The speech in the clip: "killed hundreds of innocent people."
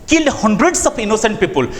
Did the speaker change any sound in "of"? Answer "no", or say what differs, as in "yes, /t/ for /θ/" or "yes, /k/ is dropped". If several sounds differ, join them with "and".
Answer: yes, /p/ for /v/